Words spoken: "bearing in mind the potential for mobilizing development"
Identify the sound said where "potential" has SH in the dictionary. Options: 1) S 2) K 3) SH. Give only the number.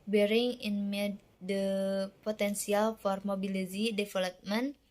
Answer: 1